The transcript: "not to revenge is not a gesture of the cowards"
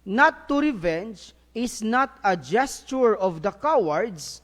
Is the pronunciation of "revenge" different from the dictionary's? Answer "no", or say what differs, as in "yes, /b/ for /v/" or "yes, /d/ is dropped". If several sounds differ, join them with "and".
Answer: no